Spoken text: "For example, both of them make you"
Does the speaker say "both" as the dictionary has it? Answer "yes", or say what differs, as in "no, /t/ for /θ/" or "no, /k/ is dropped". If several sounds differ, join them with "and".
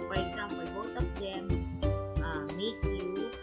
no, /t/ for /θ/